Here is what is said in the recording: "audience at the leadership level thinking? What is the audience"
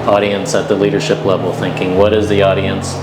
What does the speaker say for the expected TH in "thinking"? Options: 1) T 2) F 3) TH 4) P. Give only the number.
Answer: 3